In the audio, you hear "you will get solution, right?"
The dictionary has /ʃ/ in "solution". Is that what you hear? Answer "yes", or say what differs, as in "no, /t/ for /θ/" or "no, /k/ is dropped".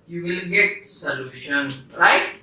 yes